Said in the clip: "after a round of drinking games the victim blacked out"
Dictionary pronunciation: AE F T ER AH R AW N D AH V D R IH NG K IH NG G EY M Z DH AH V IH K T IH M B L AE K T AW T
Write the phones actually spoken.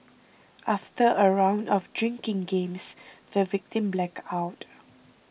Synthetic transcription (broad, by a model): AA F T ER AH R AW N D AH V D R IH NG K IH NG G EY M S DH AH V IH K T IH M B L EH K AW T